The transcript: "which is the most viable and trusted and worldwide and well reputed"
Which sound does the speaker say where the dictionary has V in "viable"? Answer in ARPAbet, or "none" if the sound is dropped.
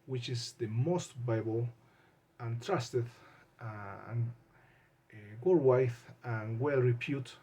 B